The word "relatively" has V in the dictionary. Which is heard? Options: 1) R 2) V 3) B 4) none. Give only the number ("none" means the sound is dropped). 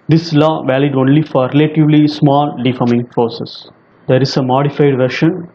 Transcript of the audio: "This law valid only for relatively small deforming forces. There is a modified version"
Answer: 2